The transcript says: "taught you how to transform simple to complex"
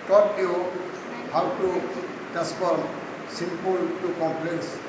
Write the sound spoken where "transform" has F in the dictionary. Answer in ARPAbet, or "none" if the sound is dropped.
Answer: P